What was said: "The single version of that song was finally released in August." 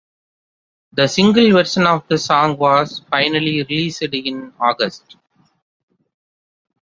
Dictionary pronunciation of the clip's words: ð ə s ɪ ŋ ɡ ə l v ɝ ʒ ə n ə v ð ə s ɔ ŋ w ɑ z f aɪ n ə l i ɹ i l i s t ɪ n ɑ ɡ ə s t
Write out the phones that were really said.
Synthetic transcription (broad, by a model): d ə s ɪ ŋ ɡ ə l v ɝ ʃ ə n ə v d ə s ɔ ŋ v ɑ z f aɪ n ə l i ɹ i l i s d ɪ n ɑ ɡ ə s t